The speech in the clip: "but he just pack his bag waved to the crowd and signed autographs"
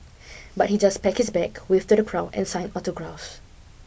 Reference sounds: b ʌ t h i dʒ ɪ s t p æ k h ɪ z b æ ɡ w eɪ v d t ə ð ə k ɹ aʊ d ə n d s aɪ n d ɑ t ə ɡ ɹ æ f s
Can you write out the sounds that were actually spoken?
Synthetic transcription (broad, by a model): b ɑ t h i dʒ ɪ s p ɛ k h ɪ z b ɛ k w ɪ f t ə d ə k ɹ aʊ ə n s aɪ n ɑ t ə ɡ ɹ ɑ f s